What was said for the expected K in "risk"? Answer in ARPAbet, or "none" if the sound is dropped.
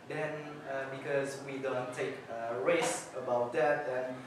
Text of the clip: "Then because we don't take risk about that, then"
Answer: none